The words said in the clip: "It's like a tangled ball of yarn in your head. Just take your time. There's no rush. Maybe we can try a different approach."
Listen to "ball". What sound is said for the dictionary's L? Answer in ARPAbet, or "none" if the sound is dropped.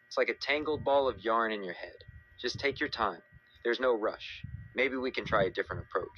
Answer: L